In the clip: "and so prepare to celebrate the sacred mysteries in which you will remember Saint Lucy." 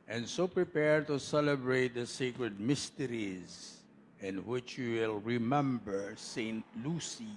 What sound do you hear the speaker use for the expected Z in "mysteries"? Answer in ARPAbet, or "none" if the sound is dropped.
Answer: Z